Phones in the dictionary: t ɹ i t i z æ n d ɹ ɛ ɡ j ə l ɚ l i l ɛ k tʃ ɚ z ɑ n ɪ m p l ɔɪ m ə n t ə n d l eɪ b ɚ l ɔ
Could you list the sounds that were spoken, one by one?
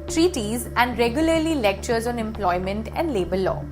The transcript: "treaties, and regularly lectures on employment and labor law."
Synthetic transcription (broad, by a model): t ɹ i t i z æ n d ɹ ɛ ɡ j ə l ɚ l i l ɛ k tʃ ɚ z ɑ n ɪ m p l ɔɪ m ə n t ə n d l eɪ b ɚ l ɔ